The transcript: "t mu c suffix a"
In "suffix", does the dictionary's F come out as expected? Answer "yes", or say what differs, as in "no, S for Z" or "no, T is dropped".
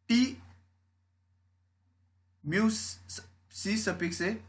no, P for F